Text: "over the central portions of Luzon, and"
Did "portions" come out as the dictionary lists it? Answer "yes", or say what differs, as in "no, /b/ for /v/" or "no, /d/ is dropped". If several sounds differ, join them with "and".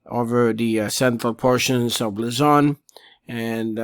yes